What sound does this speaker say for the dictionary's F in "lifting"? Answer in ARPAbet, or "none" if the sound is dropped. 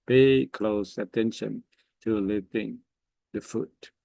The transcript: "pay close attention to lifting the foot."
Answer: none